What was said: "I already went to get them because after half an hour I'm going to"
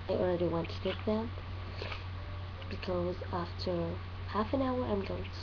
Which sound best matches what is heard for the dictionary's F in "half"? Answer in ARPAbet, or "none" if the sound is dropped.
F